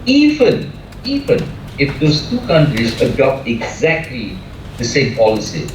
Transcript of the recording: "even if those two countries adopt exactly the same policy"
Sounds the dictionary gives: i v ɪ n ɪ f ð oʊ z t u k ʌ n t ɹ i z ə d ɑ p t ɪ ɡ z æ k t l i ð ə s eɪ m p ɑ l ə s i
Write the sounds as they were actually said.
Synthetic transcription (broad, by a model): i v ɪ n ɪ f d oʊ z t u k ʌ n t ɹ i z ə d ɑ p t ɪ ɡ z æ k t l i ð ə s eɪ m p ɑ l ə s i